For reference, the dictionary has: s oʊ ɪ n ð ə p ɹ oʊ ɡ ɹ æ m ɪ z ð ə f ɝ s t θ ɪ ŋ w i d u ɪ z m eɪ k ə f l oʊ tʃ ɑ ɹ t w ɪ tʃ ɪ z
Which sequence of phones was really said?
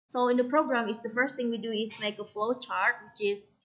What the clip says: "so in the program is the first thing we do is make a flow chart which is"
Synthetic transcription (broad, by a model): s oʊ ɪ n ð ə p ɹ oʊ ɡ ɹ æ m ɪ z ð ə f ɝ s t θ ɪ ŋ w i d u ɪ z m eɪ k ə f l oʊ tʃ ɑ ɹ t w ɪ tʃ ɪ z